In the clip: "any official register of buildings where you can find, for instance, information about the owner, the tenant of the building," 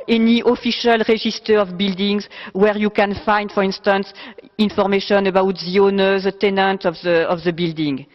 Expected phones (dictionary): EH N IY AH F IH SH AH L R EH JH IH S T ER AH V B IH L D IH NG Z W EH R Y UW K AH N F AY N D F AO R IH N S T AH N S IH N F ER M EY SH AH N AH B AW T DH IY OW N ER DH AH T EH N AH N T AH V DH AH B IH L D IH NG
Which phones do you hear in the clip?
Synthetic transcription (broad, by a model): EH N IY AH F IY SH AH L R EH ZH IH S T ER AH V B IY L D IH NG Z W EH R Y UW K AH N F AY N D F AO R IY N S T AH N S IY N F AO M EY SH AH N AH B AW T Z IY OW N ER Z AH T EH N AH N T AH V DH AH B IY L D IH NG